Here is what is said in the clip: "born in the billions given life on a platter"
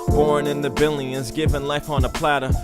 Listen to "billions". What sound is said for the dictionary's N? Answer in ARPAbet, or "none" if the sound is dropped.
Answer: none